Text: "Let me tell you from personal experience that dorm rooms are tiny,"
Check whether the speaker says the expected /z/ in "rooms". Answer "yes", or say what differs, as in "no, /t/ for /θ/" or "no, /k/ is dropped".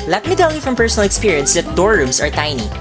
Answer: no, /s/ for /z/